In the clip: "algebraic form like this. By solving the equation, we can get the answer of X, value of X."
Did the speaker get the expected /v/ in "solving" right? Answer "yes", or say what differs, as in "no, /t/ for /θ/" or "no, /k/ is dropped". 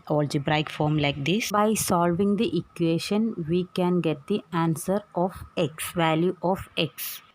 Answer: yes